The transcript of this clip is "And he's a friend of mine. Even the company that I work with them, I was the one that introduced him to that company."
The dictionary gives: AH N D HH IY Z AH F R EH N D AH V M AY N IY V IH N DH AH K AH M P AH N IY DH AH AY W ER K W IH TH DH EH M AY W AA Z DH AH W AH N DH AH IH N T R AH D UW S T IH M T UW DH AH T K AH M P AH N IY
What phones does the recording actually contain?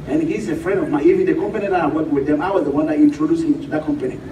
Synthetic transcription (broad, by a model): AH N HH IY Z AH F R EH N D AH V M AY IY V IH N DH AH K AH M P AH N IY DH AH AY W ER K W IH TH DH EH M AY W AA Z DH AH W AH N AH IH N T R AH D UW S IH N T UW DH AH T K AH M P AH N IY